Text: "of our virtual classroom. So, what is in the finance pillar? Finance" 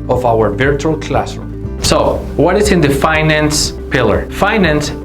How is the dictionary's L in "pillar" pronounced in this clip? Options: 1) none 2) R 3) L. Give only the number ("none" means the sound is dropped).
3